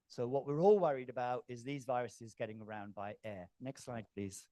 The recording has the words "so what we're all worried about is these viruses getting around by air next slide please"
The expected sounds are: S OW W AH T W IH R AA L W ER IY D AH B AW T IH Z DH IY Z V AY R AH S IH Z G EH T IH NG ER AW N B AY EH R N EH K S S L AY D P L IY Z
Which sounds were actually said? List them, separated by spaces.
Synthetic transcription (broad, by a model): S OW W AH T W IH R AA L W ER IY D AH B AW T IH Z DH IY Z V AY R AH S IH Z G EH T IH NG ER AW N B AY EH N EH K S S L AY D P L IY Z